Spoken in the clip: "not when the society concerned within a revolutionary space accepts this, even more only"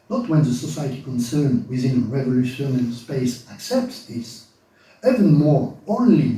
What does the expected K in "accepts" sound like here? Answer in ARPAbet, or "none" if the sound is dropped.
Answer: K